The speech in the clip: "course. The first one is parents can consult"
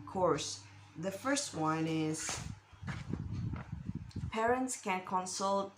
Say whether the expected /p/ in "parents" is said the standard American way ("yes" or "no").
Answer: yes